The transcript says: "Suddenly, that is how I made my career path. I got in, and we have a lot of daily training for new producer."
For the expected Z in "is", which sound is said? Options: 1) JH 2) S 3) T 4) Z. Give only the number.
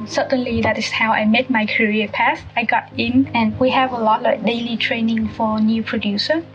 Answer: 2